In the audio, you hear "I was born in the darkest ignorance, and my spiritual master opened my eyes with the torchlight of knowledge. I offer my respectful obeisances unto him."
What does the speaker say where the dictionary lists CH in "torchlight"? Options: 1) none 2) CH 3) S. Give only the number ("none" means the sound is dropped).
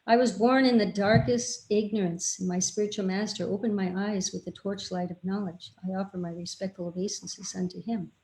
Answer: 2